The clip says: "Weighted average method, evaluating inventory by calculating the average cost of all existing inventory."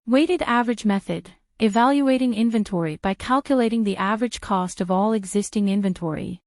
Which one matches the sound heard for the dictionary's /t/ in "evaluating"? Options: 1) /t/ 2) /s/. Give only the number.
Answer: 1